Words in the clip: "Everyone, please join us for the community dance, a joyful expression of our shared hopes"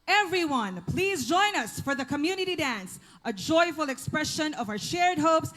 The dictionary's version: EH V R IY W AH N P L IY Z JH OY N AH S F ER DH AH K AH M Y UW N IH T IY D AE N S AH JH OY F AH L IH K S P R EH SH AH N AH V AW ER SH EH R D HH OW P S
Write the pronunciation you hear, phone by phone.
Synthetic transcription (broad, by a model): EH V R IY W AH N P L IY Z JH OY N AH S F ER DH AH K AH M Y UW N IH T IY D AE N S AH JH OY F AH L IH K S P R EH SH AH N AH V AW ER SH EH R D HH OW P S